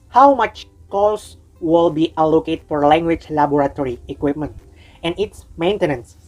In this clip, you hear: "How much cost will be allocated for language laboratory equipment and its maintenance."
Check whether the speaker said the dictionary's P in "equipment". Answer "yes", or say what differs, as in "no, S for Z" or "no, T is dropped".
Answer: yes